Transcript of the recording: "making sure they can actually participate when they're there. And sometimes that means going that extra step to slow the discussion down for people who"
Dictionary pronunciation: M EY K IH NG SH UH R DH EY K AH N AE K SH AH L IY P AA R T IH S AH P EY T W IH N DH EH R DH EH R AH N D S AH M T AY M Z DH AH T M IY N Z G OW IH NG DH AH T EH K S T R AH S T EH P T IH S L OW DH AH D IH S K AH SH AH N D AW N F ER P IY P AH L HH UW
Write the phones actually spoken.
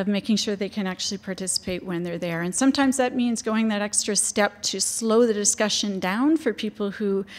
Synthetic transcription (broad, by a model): M EY K IH NG SH UH R DH EY K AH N AE K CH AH L IY P AA R T IH S AH P EY T W IH N DH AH R DH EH R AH N S AH M T AY M Z DH AH T M IY N Z G OW IH NG DH AH T EH K S T R AH S T EH P T IH S L OW DH AH D IH S K AH SH AH N D AW N F ER P IY P L HH UW